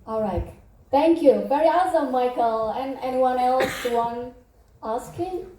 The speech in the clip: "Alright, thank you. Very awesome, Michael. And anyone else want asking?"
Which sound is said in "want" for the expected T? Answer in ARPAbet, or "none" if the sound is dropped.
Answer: none